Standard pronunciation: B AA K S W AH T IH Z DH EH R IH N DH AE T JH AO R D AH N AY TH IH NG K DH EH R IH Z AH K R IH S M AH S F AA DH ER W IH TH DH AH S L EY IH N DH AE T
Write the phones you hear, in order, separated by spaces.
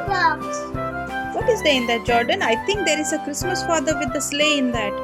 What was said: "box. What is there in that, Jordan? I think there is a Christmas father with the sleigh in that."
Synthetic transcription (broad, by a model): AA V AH T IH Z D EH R IH N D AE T JH AO R D AH N AY T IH NG K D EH R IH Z AH K R IH S M AH S F AA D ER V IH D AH S L EY IH N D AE T